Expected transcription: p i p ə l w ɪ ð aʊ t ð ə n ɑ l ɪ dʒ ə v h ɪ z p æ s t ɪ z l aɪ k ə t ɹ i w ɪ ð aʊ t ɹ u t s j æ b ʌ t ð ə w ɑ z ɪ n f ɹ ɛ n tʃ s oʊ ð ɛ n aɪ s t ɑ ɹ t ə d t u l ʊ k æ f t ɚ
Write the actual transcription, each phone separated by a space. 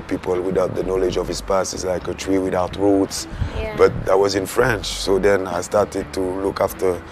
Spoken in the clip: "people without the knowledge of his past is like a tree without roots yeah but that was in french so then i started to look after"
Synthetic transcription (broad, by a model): p i p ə l w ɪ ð aʊ t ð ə n ɑ l ɪ dʒ ə v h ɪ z p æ s ɪ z l aɪ k ə t ɹ i w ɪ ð aʊ t ɹ u t s b ʌ t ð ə w ɑ z ɪ n f ɹ ɛ n tʃ s oʊ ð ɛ n aɪ s t ɑ ɹ t ə d t u l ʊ k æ f t ɚ